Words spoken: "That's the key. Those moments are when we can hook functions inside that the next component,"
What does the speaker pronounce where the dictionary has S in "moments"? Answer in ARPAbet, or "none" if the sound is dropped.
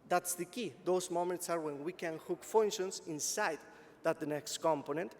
S